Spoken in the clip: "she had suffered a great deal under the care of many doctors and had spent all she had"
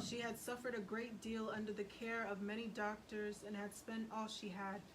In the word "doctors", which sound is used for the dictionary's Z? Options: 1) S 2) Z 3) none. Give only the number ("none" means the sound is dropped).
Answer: 2